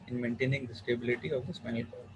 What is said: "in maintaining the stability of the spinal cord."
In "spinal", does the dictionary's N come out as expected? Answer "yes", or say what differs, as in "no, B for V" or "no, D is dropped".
no, N is dropped